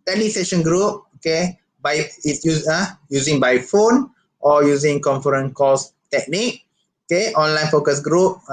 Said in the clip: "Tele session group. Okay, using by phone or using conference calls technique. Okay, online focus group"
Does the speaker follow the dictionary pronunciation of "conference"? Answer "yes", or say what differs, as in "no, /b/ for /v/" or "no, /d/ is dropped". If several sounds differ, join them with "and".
no, /s/ is dropped